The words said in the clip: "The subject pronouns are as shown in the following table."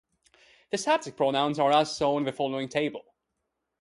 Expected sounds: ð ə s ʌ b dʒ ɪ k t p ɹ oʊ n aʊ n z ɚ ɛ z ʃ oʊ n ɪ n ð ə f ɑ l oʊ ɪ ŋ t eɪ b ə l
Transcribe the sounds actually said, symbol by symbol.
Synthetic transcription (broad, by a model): ð ə s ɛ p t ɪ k p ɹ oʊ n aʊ n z ɚ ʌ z s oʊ ɪ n ð ə f ɑ l oʊ ɪ ŋ t eɪ b ə l